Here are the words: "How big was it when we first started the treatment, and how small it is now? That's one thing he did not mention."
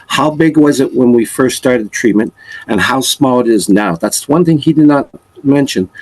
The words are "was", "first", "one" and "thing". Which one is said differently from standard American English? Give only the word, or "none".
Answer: none